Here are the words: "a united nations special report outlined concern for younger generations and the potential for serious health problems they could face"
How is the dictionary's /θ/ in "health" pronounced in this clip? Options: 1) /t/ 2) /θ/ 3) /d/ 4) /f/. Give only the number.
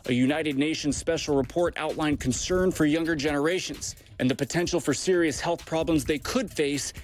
2